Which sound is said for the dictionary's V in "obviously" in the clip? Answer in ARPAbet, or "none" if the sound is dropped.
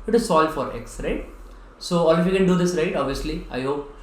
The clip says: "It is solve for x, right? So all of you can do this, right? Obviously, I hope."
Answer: V